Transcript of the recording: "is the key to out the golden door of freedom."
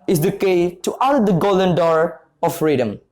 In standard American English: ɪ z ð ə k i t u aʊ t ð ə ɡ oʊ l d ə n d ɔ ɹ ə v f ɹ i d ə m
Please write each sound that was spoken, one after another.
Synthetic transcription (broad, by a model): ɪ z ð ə k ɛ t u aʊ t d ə ɡ oʊ l d ə n d ɔ ɹ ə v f ɹ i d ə m